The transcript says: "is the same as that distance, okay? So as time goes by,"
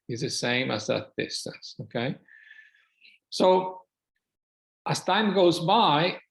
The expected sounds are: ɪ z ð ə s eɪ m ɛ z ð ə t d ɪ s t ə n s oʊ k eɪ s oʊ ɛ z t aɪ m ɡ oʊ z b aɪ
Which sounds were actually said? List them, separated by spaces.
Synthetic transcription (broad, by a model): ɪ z ð ə s eɪ m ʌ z ð ə t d ɪ s t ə n s oʊ k eɪ s oʊ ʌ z t aɪ m ɡ oʊ z b aɪ